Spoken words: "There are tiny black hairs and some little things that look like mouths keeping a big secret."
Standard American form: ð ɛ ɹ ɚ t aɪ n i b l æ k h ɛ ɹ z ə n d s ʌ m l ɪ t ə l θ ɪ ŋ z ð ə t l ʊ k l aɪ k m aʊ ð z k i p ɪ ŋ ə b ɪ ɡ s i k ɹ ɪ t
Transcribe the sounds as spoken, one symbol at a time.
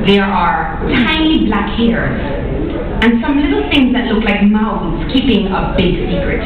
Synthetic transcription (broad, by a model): ð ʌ ɹ ɚ t aɪ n i b l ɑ k h ɛ ɹ z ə n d s ʌ m l ɪ t l θ ɪ ŋ z ð ə t l ʊ k l aɪ k m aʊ z k i p ɪ ŋ ə b ɪ ɡ s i k ɹ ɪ t